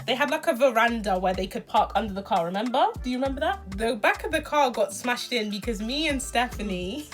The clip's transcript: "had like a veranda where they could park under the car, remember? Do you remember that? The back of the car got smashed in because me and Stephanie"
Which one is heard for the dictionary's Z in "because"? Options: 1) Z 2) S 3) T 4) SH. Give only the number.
1